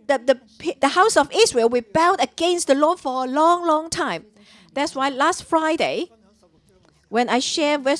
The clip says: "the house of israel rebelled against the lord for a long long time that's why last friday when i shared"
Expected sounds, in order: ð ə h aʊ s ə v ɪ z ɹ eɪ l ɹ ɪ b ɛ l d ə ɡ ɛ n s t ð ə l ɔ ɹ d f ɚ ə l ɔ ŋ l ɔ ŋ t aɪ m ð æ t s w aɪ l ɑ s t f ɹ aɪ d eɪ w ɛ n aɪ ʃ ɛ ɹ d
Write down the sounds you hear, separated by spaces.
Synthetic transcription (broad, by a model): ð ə h aʊ s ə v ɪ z ɹ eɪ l w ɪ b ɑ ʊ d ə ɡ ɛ n s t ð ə l ɔ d f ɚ ə l ɔ ŋ l ɔ ŋ t aɪ m ð æ t s w aɪ l ɑ s t f ɹ aɪ d eɪ w ɛ n aɪ ʃ ɛ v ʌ